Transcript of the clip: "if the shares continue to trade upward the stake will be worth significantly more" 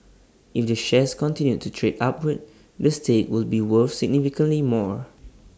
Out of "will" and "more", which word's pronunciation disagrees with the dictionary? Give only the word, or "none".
none